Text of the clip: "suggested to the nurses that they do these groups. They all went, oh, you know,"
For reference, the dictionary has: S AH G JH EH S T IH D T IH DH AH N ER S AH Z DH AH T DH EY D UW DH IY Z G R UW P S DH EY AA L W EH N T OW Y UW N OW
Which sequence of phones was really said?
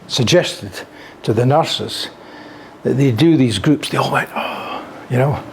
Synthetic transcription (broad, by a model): S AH G JH EH S T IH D T IH DH AH N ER S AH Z DH AH T DH EY D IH DH IY Z G R UW P S DH EY AA L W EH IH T OW Y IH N OW